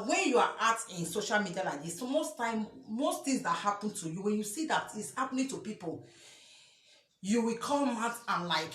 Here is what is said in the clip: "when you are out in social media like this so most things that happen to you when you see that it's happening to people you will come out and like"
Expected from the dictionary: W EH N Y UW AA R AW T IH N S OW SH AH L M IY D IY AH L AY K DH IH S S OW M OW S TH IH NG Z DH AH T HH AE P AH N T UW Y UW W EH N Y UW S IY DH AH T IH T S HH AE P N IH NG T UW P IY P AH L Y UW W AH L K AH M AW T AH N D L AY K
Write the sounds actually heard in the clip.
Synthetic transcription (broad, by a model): W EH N Y UW AA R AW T IH N S OW SH AH L M IY D IY AH L AY K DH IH S S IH M OW S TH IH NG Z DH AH T HH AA P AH N T UW Y UW W EH N Y UW S IY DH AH T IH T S HH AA P N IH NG T UW P IY P AH L Y UW W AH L K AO M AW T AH N L AY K